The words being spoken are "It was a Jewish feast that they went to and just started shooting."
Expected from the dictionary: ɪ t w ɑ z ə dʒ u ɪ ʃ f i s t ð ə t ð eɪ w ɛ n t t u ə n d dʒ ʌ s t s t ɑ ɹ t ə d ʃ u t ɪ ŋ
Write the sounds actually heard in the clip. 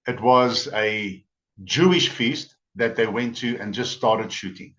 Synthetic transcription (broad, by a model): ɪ t w ɑ z ə dʒ u ɪ ʃ f i s t ð ə t ð eɪ w ɛ n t t u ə n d dʒ ʌ s t s t ɑ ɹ t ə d ʃ u t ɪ ŋ